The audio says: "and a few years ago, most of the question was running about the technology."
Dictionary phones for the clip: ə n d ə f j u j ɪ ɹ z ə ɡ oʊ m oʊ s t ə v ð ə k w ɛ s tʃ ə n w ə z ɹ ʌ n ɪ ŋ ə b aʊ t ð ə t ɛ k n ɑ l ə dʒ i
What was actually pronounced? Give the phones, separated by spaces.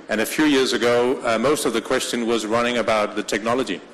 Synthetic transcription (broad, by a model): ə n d ə f j u j ɪ ɹ z ə ɡ oʊ m oʊ s t ə v ð ə k w ɛ s tʃ ə n w ə z ɹ ʌ n ɪ ŋ ə b aʊ t ð ə t ɛ k n ɑ l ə dʒ i